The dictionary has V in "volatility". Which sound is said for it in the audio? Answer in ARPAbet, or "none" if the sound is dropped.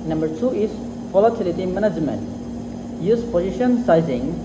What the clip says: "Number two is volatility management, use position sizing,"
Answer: F